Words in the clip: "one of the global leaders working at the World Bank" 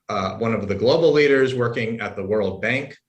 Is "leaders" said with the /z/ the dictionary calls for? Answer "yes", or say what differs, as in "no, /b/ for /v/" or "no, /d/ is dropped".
yes